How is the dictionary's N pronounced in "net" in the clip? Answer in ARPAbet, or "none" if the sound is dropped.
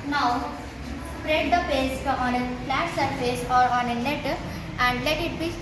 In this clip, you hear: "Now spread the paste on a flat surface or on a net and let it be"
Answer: L